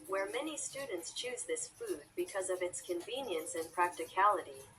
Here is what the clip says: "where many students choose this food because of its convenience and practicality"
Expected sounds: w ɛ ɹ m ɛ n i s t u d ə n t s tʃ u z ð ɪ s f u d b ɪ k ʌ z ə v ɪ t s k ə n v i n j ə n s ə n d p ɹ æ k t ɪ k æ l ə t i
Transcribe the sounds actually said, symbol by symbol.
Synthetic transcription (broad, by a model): w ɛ ɹ m ɛ n i s t u d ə n t s tʃ u z ð ɪ s f u d b ɪ k ʌ z ə v ɪ t s k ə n v i n j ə n s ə n p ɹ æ k t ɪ k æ l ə t i